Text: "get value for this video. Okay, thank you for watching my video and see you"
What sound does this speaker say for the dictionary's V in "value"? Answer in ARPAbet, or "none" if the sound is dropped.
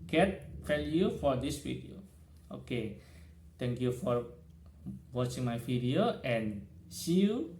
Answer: F